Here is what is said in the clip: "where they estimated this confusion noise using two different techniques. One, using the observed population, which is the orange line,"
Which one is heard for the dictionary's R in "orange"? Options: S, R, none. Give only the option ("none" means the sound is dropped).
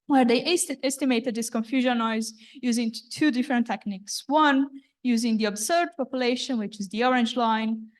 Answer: R